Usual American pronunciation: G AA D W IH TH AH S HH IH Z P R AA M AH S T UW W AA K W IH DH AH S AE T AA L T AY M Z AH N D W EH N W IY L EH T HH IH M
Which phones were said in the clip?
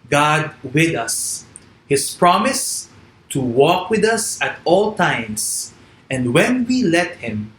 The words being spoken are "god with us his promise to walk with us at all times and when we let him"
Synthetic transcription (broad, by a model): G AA D W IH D AH S HH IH S P R AA M AH S T UW W AA K W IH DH AH S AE T AA L T AY M S AH N D W EH N W IY L EH T HH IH M